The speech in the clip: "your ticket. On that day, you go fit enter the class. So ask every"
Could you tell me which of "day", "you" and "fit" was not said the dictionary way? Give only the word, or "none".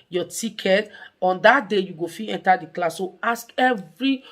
fit